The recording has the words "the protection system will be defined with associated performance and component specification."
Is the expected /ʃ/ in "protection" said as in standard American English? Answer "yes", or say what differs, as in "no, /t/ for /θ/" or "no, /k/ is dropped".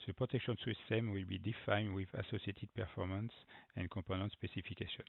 yes